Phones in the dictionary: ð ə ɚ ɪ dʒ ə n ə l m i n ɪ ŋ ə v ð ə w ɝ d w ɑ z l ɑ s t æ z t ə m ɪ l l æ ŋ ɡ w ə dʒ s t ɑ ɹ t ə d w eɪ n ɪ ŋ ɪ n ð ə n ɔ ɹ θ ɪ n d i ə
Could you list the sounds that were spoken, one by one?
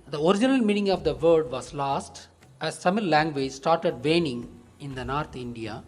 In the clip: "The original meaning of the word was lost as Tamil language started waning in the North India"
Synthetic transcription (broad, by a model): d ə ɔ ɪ dʒ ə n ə l m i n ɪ ŋ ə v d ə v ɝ d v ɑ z l ɑ s t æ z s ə m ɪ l l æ ŋ ɡ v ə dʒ s t ɑ ɹ t ə d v eɪ n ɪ ŋ ɪ n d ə n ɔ ɹ t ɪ n d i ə